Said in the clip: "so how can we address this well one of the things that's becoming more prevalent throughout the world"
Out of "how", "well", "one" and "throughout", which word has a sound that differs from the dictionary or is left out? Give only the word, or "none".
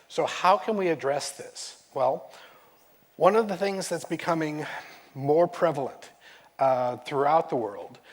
none